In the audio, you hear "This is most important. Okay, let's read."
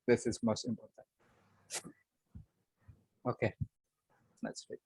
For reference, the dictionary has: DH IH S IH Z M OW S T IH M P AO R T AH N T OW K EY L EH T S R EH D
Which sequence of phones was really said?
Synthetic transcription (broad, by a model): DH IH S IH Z M OW S T IH M P AO R T AH N T OW K EY N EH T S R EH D